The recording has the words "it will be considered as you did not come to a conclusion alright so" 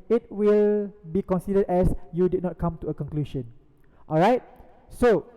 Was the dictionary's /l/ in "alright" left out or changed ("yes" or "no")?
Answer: no